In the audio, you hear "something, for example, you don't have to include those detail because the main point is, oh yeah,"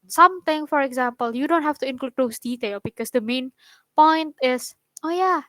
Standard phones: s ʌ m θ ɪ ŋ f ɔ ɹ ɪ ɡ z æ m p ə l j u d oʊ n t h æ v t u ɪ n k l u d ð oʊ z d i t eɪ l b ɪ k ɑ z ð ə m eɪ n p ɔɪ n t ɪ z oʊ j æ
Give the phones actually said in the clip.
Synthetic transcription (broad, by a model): s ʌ m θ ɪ ŋ f ɔ ɹ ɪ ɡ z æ m p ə l j u d oʊ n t h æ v t u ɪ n k l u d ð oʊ s d i t eɪ l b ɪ k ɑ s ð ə m eɪ n p ɔɪ n t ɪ s oʊ j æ